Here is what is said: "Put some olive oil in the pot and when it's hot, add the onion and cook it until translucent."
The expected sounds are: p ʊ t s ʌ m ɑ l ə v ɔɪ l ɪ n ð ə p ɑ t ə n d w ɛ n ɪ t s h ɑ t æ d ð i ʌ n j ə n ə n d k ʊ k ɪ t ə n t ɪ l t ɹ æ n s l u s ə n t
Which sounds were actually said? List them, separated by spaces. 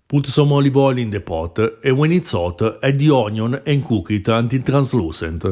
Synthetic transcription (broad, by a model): p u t s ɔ m ɑ l ə v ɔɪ l ɪ n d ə p ɑ t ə w ɛ n ɪ t s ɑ t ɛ d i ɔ n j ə n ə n k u k ɪ t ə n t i t ɹ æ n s l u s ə n t